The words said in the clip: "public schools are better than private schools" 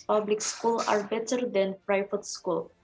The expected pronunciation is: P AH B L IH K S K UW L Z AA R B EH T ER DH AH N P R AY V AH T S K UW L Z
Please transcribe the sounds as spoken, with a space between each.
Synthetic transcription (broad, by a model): P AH B L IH K S K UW L AA R B EH T ER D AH N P R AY F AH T S K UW L